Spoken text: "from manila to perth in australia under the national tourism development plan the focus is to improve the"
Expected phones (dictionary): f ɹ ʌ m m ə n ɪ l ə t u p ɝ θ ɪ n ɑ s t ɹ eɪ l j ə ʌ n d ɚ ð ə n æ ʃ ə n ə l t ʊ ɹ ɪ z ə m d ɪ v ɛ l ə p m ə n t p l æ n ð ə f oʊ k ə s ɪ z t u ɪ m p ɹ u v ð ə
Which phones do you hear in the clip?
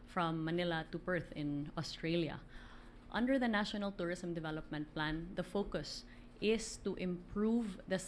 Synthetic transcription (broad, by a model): f ɹ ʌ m m ə n ɪ l ə t u b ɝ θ ɪ n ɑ s t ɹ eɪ l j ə ʌ n d ɚ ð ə n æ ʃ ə n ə l t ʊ ɹ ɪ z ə m d ɪ v ɛ l ə p m ə n t p l æ n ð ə f oʊ k ə s ɪ s t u ɪ m p ɹ u v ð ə